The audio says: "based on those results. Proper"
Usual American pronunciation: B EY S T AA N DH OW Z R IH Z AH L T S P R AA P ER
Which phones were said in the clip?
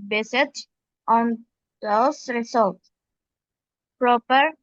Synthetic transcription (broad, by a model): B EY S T AA N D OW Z R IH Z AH L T P R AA P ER